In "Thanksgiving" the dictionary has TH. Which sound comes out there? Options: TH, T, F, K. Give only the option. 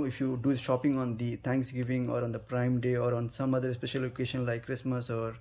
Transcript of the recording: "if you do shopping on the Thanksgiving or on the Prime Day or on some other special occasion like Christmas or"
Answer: T